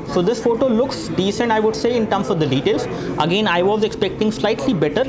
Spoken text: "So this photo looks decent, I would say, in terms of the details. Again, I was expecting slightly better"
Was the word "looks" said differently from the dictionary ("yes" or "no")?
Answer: no